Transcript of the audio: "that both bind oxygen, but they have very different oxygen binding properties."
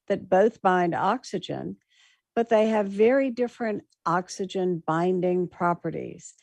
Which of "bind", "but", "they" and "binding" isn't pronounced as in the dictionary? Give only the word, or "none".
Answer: none